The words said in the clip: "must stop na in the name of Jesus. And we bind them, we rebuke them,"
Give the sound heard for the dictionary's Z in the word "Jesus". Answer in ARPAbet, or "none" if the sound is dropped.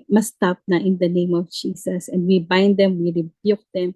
S